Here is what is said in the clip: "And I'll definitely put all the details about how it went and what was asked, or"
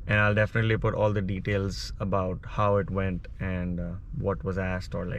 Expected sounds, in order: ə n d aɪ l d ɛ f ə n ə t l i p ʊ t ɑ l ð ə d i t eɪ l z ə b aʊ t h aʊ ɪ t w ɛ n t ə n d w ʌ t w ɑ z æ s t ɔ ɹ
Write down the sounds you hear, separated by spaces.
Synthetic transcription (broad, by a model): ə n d aɪ l d ɛ f ə n ə t l i p ʊ t ɑ l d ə d i t eɪ l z ə b aʊ t h aʊ ɪ t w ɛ n t ə n d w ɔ t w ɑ z æ s t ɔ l